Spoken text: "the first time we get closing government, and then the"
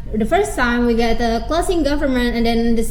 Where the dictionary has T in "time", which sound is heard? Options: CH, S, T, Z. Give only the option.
S